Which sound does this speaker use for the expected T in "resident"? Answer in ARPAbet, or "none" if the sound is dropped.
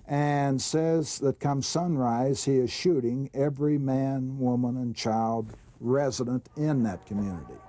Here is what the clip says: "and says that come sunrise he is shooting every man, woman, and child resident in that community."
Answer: T